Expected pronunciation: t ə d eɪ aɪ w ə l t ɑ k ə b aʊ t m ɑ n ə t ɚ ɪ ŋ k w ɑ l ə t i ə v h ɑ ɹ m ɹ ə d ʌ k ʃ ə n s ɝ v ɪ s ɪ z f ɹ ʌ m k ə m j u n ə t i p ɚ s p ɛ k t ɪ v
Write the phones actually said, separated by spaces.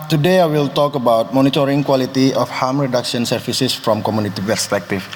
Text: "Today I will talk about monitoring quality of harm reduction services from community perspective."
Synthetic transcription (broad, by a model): t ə d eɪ aɪ w ə l t ɑ k ə b aʊ t m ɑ n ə t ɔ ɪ ŋ k w ɑ l ə t i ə f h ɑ m ɹ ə d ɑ k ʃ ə n s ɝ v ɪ s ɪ s f ɹ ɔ m k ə m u n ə t i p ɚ s p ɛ k t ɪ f